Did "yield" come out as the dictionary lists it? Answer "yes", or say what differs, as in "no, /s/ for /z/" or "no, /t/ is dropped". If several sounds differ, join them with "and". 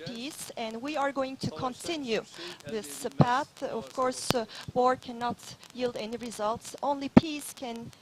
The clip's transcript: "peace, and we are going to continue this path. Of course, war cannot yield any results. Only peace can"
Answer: yes